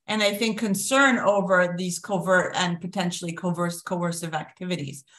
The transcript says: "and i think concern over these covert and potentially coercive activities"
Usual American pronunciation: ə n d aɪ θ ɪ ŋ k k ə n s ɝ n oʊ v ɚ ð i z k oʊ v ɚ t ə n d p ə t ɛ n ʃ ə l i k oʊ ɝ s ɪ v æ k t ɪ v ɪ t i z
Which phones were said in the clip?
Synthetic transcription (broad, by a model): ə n aɪ θ ɪ ŋ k k ə n s ɝ n oʊ v ɚ ð i z k oʊ v ɚ t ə n p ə t ɛ n ʃ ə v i k oʊ ɝ s ɪ v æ k t ɪ v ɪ t i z